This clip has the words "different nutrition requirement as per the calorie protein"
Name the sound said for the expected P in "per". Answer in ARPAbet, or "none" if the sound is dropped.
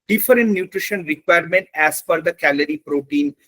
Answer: F